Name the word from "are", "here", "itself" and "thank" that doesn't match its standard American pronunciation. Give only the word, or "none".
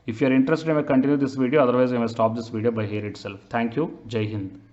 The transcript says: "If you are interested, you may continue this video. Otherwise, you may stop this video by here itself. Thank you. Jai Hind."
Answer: thank